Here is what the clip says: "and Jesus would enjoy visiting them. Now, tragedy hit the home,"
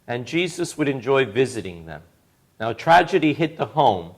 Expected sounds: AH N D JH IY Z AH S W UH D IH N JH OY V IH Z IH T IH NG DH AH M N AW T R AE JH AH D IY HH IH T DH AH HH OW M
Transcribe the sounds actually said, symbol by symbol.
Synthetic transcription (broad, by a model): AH N JH IY Z AH S W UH D IH N JH OY V IH Z IH T IH NG DH AH M N AW T R AE JH AH D IY HH IH T DH AH HH OW M